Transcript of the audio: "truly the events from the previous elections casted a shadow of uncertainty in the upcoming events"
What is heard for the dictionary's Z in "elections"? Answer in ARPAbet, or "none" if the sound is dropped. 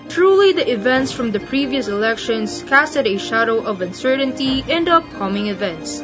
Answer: S